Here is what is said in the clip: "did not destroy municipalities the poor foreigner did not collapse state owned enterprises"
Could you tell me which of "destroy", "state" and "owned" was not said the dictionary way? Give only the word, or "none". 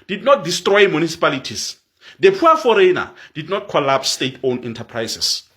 owned